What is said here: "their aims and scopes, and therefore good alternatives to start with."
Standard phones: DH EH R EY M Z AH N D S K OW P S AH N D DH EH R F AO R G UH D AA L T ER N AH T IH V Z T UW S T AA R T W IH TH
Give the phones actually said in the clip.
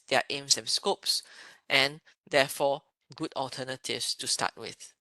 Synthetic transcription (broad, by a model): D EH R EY M S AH N S K OW P S AH N D EH F AO G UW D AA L T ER N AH T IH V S T UW S T AA T W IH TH